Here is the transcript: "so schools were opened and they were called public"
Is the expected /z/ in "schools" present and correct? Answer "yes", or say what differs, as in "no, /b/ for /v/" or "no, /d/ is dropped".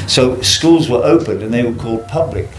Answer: yes